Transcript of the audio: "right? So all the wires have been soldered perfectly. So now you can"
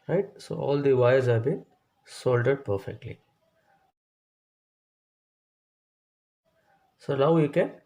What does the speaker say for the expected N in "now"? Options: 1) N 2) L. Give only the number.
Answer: 2